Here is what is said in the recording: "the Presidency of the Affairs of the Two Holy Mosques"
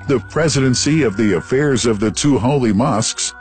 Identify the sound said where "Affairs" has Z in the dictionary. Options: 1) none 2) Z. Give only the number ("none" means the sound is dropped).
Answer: 2